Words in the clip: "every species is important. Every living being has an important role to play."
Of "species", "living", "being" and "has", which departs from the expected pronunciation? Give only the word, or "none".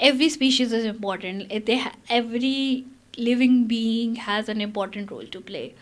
none